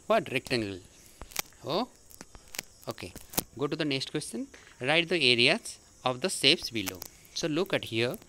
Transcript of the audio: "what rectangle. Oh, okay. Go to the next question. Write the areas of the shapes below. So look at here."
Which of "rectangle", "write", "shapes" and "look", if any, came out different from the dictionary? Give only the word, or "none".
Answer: shapes